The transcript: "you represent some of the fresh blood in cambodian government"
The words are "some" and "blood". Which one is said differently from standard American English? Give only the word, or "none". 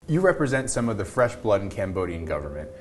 none